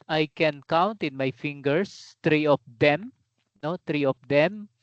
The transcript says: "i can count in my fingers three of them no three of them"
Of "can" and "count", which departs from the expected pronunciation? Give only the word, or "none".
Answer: none